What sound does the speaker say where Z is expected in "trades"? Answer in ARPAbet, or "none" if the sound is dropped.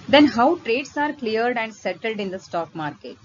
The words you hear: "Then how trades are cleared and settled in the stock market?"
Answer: S